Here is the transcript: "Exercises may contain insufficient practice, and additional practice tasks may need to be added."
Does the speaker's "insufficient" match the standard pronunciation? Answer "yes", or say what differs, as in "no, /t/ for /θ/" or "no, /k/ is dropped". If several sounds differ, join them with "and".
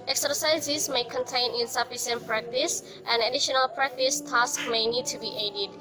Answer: no, /s/ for /ʃ/